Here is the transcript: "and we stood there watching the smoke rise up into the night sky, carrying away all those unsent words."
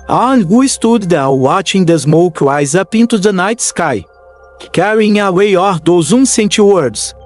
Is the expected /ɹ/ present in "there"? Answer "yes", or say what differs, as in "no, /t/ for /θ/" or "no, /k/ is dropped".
no, /l/ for /ɹ/